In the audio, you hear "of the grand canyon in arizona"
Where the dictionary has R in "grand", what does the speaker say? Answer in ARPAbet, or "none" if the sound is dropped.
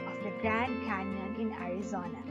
R